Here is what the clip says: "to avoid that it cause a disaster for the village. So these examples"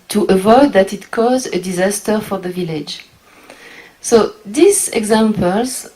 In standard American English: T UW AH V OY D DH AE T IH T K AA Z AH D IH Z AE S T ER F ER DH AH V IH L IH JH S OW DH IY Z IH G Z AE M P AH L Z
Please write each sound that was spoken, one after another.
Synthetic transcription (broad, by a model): T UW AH V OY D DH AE T IH T K AA Z AH D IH Z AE S T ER F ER DH AH V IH L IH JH S OW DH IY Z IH G Z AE M P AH L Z